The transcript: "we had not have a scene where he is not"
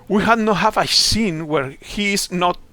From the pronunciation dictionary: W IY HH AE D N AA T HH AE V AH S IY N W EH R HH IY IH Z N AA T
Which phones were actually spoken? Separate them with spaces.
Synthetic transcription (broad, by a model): W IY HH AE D N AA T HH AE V AH S IY N W EH R HH IY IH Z N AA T